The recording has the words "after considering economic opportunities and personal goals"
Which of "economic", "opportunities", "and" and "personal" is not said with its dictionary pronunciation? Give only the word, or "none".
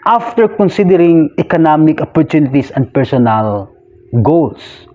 opportunities